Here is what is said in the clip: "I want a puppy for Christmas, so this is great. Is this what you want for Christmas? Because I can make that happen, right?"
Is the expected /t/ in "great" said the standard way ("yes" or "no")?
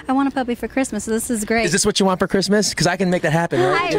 no